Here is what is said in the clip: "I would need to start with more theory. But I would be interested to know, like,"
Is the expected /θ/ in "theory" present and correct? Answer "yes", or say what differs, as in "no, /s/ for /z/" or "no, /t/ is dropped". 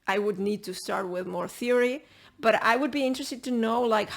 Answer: yes